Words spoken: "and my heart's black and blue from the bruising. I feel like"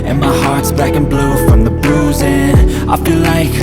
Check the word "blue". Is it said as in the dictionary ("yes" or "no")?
yes